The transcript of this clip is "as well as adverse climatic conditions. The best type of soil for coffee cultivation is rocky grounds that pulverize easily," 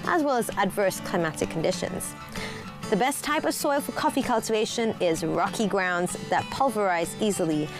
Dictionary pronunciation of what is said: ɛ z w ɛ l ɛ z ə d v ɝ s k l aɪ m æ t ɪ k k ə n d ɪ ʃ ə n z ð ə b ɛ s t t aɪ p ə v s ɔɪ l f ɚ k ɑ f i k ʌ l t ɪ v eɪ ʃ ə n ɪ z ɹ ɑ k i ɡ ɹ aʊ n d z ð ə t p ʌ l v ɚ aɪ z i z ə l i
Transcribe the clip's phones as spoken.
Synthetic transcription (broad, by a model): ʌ z w ɛ l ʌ z ə d v ɝ s k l aɪ m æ t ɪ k k n d ɪ ʃ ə n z ð ə b ɛ s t t aɪ p ə v s ɔɪ l f ɚ k ɑ f i k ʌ l t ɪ v eɪ ʃ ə n ɪ z ɹ ɑ k i ɡ ɹ aʊ n d z ð ə t p ʌ l v ɚ aɪ z i z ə l i